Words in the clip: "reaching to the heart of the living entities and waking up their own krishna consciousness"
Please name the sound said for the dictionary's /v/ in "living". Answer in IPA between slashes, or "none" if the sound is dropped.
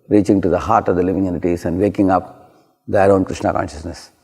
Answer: /v/